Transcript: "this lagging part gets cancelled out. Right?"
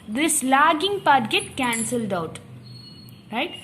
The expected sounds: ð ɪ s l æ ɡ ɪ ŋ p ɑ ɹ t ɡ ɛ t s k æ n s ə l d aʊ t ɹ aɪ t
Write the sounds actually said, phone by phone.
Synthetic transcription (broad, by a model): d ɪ s l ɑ ɡ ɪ ŋ p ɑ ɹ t ɡ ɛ t k æ n s ə l d aʊ t ɹ aɪ t